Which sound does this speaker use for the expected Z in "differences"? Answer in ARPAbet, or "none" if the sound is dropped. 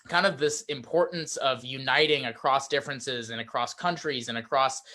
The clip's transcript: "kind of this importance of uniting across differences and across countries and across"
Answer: Z